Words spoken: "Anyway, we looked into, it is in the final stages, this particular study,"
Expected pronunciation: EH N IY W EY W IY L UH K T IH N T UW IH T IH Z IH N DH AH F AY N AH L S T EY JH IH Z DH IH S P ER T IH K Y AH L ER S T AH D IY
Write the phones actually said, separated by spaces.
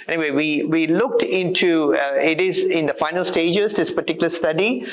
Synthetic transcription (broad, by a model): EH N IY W EY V IY L UH K T IH N T UW IH T IH Z IH N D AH F AY N AH L S T EY JH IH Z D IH S P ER T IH K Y L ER S T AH D IY